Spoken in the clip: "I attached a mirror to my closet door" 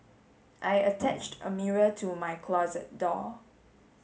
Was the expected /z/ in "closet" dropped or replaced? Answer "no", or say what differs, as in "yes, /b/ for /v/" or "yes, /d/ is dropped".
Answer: no